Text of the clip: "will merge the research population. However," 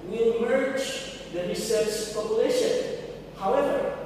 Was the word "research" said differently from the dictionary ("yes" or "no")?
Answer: yes